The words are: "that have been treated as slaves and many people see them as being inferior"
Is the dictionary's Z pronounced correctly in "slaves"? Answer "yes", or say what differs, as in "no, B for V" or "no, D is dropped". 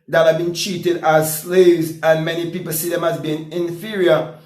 yes